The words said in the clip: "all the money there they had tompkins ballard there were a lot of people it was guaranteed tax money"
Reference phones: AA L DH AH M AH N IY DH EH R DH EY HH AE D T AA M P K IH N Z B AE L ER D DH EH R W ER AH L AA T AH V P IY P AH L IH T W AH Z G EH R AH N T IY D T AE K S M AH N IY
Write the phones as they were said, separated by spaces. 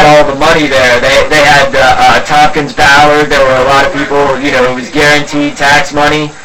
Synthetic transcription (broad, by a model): AA L DH AH M AH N IY DH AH R DH EY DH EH D T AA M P K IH N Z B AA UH ER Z DH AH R W ER AH L AA T AH V P IY P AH N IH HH W AH Z G EH R AH N T IY D T AE K S M AH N IY